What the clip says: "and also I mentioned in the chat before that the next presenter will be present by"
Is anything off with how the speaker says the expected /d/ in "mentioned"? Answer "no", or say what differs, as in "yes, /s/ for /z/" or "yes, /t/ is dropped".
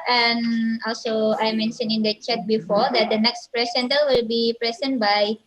yes, /d/ is dropped